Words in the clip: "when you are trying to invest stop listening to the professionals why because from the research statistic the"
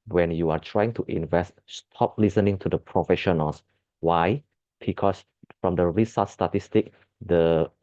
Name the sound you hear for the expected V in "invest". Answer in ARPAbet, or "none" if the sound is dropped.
V